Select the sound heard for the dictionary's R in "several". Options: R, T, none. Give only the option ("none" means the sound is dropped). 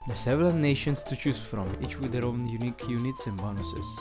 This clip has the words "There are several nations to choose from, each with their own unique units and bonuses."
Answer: none